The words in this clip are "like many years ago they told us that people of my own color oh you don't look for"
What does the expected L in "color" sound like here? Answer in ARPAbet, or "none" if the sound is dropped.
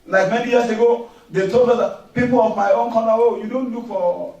N